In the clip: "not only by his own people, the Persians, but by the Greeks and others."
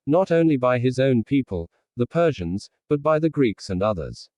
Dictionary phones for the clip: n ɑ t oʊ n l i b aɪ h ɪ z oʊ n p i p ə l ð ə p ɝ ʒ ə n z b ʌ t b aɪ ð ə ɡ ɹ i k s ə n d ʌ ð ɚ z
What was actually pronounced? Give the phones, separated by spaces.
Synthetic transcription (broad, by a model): n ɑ t oʊ n l i b aɪ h ɪ z oʊ n p i p ə l ð ə p ɝ ʒ ə n z b ʌ t b aɪ ð ə ɡ ɹ i k s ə n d ʌ ð ɚ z